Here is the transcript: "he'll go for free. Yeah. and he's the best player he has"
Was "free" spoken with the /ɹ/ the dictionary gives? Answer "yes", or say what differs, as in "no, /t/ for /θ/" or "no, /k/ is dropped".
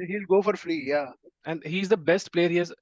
no, /l/ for /ɹ/